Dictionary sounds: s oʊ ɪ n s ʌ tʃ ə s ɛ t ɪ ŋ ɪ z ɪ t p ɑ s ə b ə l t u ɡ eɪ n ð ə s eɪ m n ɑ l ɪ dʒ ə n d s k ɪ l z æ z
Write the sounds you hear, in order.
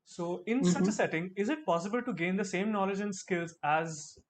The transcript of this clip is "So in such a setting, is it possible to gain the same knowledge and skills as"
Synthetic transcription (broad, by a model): s oʊ ɪ n s ʌ tʃ ə s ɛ t ɪ ŋ ɪ z ɪ t p ɑ s ə b ə l t u ɡ eɪ n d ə s eɪ m n ɑ l ɪ dʒ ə n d s k ɪ l z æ z